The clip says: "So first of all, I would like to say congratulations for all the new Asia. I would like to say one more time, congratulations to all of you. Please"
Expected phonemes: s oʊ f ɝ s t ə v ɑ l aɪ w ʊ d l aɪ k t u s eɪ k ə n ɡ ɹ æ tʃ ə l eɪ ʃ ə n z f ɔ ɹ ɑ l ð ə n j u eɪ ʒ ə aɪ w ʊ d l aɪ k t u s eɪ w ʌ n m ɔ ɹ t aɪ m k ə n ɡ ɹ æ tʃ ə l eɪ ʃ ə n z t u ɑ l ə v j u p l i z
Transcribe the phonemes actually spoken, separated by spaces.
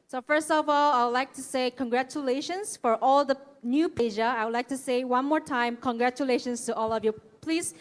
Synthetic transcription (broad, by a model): s oʊ f ɝ s t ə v ɑ l aɪ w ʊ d l aɪ k t u s eɪ k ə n ɡ ɹ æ tʃ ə l eɪ ʃ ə n s f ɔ ɹ ɑ l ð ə n j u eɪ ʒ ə aɪ w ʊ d l aɪ k t u s eɪ w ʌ n m ɔ ɹ t aɪ m k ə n ɡ ɹ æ tʃ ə l eɪ ʃ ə n s t u ɑ l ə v j u p l i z